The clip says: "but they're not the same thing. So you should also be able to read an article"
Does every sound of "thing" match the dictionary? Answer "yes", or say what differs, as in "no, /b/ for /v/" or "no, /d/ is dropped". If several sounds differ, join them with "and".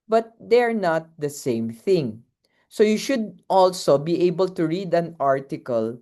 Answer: yes